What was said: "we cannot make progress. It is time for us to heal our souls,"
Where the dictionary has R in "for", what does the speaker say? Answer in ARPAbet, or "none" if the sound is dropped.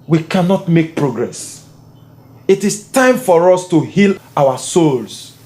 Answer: R